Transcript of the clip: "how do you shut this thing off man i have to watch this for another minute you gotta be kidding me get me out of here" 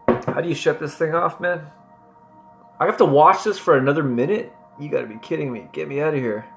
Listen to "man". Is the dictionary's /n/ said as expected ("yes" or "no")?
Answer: yes